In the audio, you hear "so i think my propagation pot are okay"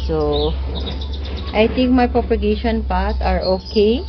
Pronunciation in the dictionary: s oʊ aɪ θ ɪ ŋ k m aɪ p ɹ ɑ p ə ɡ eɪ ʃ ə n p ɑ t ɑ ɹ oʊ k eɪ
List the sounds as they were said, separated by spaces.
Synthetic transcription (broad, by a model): s oʊ aɪ t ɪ ŋ k m aɪ p ɹ ɑ p ə ɡ eɪ ʃ ə n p ɑ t ɑ ɹ oʊ k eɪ